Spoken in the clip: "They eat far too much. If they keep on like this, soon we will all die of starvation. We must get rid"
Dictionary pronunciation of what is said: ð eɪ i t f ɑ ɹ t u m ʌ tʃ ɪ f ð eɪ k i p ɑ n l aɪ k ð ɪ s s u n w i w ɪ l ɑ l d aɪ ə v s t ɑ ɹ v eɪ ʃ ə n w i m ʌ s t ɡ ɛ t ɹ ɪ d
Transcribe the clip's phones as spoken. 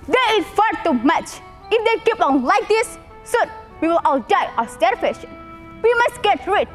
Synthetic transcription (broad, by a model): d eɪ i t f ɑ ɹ t u m ʌ tʃ ɪ f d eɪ k i p ɑ n l aɪ k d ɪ s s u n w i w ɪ l ɑ l d aɪ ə s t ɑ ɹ f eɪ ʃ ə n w i m ʌ s t ɡ ɛ t ɹ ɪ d